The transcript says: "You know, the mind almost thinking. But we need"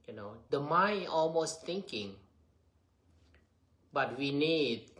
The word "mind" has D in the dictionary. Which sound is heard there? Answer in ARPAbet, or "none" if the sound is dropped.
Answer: none